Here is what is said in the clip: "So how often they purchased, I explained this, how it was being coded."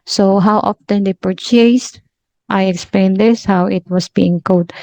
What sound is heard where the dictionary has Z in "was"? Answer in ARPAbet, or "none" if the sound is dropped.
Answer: S